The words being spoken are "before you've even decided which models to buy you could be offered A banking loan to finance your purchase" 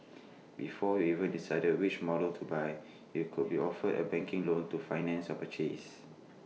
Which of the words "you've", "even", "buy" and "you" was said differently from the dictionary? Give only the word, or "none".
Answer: you've